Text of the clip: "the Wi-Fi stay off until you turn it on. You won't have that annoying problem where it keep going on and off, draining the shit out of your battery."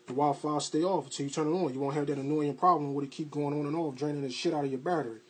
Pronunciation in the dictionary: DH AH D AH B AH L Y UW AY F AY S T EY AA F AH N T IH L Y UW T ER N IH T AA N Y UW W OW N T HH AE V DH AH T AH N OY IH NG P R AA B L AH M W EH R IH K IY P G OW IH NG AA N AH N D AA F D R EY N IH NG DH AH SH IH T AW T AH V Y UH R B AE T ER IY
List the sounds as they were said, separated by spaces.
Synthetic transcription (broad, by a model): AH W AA AH L F AY S T EY AA F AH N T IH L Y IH T ER N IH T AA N Y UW W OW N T HH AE V DH AH T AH N OY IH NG P R AA B L AH M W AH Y IH K IY P G OW IH NG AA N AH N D AA F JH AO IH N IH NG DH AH SH IH T AW T AH V Y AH R B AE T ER IY